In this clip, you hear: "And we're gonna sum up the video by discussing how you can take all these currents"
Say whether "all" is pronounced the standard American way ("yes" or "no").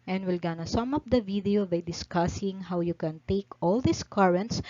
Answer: yes